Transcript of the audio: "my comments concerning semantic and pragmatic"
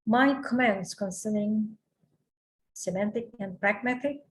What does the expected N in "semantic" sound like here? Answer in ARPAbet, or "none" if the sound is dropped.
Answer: N